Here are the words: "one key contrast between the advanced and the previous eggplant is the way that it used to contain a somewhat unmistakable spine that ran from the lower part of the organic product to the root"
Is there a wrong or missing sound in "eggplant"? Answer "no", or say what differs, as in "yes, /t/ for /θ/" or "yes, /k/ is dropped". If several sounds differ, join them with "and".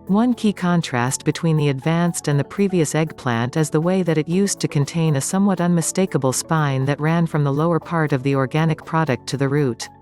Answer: no